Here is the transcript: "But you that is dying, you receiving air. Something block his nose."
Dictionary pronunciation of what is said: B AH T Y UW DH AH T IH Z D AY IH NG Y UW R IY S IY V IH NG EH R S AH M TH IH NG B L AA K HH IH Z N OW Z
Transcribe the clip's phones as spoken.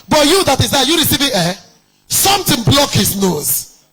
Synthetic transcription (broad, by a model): B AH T Y UW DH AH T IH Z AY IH Y UW R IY S IY V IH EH S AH M T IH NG B L AA K HH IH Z N OW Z